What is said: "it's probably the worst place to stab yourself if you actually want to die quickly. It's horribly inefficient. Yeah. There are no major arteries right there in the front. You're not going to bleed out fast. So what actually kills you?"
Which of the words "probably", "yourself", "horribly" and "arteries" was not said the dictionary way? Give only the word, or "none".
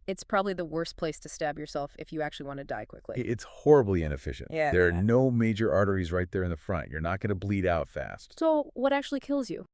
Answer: none